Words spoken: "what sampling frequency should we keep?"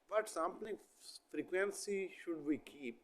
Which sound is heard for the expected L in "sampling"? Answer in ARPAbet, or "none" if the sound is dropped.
none